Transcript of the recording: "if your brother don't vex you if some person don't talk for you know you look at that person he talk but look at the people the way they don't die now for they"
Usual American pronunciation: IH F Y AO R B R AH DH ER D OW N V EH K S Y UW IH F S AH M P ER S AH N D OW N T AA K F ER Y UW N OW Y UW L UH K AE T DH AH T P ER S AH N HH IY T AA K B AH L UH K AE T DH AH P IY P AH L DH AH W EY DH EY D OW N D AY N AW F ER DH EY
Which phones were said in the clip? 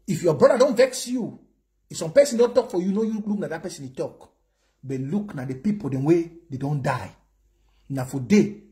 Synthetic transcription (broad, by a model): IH F Y AO B R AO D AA D OW N V EH K S Y UW IH F S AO M P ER S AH N D OW N T AA K F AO Y UW N OW Y UW L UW K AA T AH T P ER S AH N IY T AA K B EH L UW K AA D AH P IY P AH L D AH W EY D EY D OW N D AY N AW F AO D EY